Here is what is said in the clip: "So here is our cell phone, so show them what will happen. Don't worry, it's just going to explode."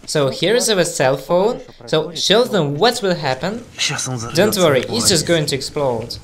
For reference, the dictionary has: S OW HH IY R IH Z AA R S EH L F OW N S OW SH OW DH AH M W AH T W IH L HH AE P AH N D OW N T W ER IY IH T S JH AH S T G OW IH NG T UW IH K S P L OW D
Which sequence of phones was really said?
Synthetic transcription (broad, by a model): S OW HH IY R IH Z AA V S EH L F OW N S OW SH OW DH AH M W AH T W IH L HH AE P AH N D OW N T W ER IY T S JH AH S T G OW IH NG T UW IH K S P L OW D